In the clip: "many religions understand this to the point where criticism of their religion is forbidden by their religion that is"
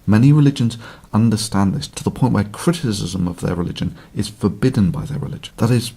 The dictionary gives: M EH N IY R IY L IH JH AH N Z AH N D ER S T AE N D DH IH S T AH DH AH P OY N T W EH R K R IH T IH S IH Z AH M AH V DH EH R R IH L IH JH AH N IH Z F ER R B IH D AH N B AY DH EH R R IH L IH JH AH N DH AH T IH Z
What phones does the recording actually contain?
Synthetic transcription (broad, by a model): M EH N IY R IY L IH JH AH N Z AH N D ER S T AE N DH IH S T AH DH AH P OY N T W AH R K R IH T IH S IH Z AH M AH V DH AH R R IH L IH JH AH N IH Z F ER R B IH D N B AY DH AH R R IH L IH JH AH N DH AH T IH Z